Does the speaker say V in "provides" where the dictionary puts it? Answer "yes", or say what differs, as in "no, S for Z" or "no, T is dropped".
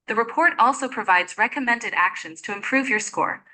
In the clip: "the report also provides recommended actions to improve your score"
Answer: yes